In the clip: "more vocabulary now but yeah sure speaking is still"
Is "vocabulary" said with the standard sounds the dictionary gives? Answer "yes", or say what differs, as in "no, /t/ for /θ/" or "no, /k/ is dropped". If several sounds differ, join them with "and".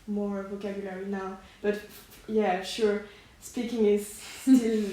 yes